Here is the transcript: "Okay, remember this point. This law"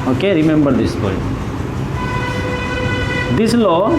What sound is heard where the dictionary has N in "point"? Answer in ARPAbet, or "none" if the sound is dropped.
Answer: none